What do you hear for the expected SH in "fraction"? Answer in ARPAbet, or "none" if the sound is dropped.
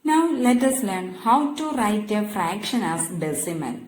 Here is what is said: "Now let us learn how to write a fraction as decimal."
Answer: SH